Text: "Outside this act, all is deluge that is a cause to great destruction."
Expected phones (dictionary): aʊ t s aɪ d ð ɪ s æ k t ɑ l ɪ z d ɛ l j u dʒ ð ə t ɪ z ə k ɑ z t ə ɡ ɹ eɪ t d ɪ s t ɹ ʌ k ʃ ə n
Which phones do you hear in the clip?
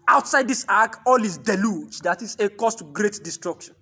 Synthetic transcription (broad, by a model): aʊ t s aɪ d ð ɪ s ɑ k ɑ l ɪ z d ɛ l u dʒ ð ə t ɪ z ə k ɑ s t ɡ ɹ eɪ t d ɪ s t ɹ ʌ k ʃ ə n